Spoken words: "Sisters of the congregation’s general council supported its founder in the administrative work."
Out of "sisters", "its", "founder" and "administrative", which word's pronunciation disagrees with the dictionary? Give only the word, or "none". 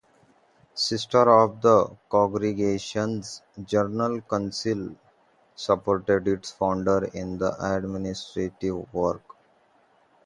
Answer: sisters